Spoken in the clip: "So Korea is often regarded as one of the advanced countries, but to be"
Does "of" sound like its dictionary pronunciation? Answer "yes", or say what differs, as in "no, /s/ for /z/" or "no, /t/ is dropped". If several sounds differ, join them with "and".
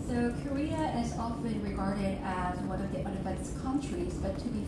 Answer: yes